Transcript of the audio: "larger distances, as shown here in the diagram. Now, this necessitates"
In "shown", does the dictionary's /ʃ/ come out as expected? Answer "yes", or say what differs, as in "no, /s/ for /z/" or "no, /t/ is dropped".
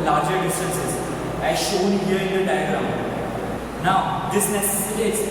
yes